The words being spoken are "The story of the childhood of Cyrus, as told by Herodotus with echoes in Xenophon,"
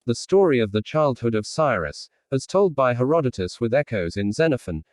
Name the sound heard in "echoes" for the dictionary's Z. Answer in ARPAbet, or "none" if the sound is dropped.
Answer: Z